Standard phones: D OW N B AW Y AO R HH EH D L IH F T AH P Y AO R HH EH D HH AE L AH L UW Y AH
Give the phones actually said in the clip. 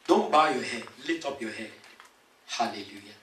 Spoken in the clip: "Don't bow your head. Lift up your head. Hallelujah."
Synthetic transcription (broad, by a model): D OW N B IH Y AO HH EH D L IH T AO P Y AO HH EH D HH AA L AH L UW Y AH